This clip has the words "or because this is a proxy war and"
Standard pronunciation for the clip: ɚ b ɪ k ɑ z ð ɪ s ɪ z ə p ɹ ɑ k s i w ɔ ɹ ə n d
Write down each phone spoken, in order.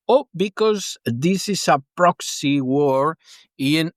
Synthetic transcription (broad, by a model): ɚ b ɪ k ɑ z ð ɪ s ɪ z ə p ɹ ɑ k s i w ɔ ɹ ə n